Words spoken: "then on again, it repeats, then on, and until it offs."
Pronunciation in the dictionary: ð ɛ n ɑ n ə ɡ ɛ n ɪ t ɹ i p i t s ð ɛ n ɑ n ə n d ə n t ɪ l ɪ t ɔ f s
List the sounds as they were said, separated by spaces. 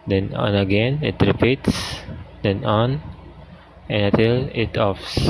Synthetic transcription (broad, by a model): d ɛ n ɑ n ə ɡ ɛ n ɪ t ɹ i p i t s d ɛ n ɑ n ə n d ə t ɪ l ɪ t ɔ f s